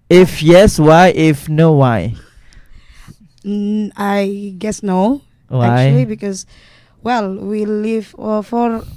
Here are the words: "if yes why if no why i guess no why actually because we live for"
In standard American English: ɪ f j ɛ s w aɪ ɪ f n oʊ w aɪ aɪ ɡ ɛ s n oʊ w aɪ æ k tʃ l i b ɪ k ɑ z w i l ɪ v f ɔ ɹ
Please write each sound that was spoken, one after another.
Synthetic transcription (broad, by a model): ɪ f j ɛ s w aɪ ɪ f n oʊ w aɪ aɪ ɡ ɛ s n oʊ w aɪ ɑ tʃ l i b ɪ k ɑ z w i l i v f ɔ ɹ